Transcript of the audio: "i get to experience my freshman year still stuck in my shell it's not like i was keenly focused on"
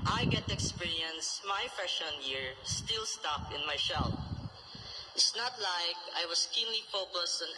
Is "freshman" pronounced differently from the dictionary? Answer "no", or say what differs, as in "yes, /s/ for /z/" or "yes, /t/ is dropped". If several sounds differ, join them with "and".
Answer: yes, /ɹ/ is dropped and /m/ is dropped